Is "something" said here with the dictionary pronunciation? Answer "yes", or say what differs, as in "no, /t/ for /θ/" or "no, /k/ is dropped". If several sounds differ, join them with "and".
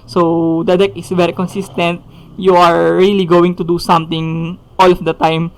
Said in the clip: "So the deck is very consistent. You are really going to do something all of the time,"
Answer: no, /t/ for /θ/